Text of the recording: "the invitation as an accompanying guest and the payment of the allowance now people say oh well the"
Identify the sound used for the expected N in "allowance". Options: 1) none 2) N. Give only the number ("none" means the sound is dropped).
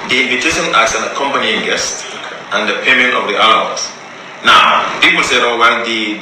1